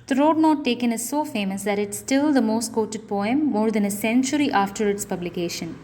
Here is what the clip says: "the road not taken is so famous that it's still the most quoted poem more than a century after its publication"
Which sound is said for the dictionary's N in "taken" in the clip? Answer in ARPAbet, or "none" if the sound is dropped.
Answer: N